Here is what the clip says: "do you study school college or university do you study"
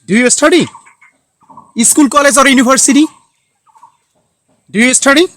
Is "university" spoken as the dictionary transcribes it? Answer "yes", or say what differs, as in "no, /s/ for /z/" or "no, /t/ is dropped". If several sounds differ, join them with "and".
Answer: no, /b/ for /v/